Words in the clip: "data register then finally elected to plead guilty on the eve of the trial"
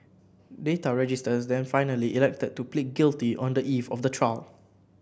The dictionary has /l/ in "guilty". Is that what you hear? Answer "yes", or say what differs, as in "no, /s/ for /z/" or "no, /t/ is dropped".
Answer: yes